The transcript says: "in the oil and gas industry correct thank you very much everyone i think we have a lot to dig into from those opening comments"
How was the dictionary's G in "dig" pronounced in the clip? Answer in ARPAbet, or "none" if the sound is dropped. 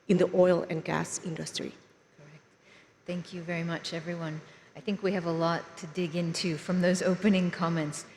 G